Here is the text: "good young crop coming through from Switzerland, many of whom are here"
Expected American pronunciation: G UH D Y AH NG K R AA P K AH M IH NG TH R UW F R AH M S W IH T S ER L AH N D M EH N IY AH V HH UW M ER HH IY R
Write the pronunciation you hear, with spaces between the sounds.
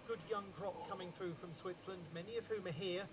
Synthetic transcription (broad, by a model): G UH D Y AH NG K R AA P K AH M IH NG TH R UW F R AH M S W IH T S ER L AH N D M EH N IY AH V HH UW M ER HH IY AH